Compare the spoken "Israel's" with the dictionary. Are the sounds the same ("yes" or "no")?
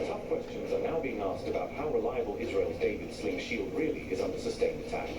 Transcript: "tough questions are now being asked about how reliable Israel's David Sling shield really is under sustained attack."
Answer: yes